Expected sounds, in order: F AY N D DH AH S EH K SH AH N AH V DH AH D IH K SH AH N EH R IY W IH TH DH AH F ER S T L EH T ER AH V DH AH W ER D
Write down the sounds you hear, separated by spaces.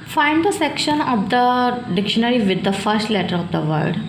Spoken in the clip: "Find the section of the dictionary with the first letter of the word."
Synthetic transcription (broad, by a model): F AY N D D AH S EH K SH AH N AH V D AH D IH K SH AH N EH R IY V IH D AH F ER S T L EH T ER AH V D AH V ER D